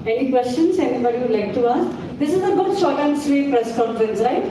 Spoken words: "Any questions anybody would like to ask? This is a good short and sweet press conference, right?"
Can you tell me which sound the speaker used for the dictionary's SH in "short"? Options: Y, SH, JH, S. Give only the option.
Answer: S